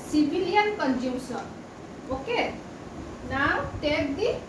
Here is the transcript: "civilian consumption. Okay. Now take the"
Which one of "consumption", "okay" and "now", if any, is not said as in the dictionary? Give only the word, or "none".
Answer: consumption